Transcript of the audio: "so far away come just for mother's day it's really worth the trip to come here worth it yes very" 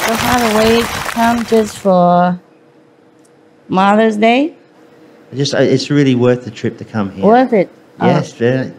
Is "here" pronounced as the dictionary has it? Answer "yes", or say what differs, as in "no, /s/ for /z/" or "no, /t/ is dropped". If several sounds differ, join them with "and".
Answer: no, /w/ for /ɹ/